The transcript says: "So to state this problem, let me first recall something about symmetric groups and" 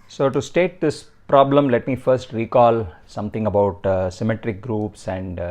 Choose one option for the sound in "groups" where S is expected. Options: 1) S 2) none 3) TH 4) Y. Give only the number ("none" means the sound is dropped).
1